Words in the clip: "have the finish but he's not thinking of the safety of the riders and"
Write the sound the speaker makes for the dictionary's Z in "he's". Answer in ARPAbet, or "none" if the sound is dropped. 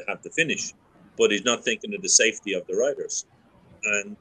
Z